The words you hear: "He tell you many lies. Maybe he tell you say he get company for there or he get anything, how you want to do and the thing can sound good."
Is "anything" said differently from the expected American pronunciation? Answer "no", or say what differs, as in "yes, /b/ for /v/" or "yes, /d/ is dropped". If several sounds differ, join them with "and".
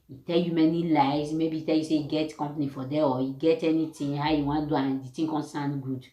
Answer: yes, /t/ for /θ/